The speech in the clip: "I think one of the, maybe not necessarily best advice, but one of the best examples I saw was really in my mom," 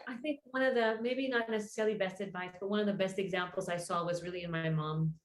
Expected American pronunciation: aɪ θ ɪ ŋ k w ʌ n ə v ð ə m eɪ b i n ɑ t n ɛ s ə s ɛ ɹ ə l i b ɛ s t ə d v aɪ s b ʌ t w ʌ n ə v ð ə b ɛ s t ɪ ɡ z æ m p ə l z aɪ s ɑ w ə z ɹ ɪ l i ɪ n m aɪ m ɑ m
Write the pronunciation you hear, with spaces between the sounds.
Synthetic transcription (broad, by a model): aɪ θ ɪ ŋ k w ʌ n ə v ð ə m eɪ b i n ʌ t n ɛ s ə s ɛ ɹ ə l i b ɛ s t ə d v aɪ s b ʌ t w ʌ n ə v ð ə b ɛ s t ɪ ɡ z æ m p l z aɪ s ɑ w ə z ɹ ɪ l i ɪ n m aɪ m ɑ m